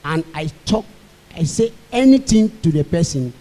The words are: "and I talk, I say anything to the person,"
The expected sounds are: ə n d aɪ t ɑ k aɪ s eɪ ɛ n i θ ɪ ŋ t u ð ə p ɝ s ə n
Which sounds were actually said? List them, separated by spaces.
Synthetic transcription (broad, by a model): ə n aɪ t ɑ k aɪ s eɪ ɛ n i t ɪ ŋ t u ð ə p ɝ s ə n